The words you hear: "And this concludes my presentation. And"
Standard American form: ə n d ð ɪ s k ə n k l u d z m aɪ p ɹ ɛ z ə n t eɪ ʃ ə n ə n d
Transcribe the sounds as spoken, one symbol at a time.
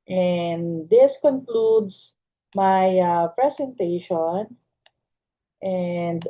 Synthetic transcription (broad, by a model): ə n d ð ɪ s k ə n k l u d s m aɪ p ɹ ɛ s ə n t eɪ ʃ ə n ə n d